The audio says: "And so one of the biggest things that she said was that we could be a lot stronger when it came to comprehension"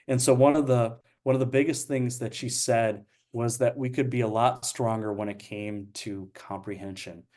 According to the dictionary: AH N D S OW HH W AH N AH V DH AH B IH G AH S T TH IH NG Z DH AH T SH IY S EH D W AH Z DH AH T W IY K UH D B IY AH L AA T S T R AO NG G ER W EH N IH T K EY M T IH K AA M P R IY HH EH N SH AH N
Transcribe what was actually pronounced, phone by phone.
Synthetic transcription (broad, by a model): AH N S OW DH W AH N AH V DH AH B IH G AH S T TH IH NG Z DH AH T SH IY S EH D W AH Z DH AH T W IY K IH D B IY AH L AA T S T R AO NG G ER W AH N IH T K EY M T IH K AA M P R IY HH EH N SH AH N